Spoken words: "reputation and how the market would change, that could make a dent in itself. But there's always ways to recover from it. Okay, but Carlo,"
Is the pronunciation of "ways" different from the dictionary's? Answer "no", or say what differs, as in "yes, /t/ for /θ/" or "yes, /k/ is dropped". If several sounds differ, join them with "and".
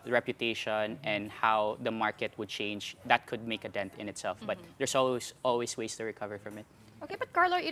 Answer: yes, /s/ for /z/